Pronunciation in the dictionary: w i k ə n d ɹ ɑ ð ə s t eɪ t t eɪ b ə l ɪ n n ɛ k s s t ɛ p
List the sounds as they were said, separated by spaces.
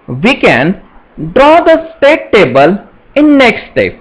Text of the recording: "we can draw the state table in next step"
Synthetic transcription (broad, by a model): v i k ə n d ɹ ɑ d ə s t eɪ t t eɪ b ə l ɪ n n ɛ k s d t ɛ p